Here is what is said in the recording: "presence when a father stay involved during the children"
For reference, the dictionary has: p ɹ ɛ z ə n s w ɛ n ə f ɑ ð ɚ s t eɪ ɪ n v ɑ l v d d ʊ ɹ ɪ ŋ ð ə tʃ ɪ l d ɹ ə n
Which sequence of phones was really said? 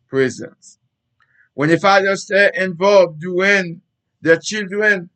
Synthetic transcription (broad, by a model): p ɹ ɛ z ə n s w ɛ n ə f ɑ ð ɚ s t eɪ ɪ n v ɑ l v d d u ɪ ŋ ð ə tʃ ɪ l d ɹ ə n